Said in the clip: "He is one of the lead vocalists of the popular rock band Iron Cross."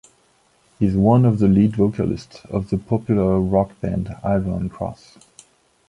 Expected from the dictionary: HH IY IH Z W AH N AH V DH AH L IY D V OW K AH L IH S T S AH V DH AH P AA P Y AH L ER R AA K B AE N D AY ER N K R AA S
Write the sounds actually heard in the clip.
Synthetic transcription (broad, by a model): HH IY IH Z W AH N AH V DH AH L IY D V OW K AH L IH S T S AH V DH AH P AA P Y L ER R AA K B AE N D AY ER N K R AA S